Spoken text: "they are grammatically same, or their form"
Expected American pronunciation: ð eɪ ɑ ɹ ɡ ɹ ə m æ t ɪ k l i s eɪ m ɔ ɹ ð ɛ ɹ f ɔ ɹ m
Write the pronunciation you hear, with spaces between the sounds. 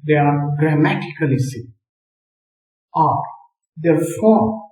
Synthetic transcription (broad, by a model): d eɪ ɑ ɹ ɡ ɹ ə m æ t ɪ k l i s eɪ ɔ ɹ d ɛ ɹ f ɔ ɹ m